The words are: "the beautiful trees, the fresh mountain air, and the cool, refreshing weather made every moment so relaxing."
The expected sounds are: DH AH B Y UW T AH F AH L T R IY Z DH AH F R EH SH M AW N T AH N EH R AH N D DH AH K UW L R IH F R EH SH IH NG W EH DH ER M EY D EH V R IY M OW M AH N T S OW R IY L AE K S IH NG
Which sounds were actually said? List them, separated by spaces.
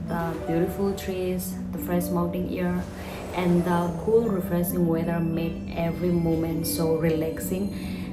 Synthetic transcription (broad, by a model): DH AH B Y UW T AH F AH L T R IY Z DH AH F R EH SH M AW N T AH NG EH R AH N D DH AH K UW L R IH F R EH S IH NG W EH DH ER M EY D EH V R IY M OW M AH N T S OW R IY L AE K S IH NG